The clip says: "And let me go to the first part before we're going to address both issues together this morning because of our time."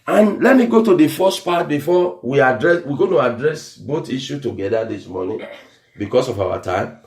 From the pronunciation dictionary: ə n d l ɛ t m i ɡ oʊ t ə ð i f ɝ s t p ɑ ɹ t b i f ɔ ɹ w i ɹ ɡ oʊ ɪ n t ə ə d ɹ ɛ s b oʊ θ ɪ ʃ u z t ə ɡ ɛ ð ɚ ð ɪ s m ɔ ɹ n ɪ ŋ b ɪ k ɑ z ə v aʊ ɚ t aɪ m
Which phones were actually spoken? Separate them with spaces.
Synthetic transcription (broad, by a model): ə n l ɛ t m i ɡ oʊ t ə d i f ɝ s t p ɑ t b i f ɔ w i ɹ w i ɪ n t ə ə d ɹ ɛ s b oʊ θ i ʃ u t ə ɡ ɛ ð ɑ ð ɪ s m ɔ n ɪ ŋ b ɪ k ɑ s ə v aʊ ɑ t aɪ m